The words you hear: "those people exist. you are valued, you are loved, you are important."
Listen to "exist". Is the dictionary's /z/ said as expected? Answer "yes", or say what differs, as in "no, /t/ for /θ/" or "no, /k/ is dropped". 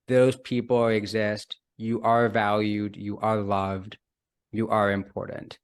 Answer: yes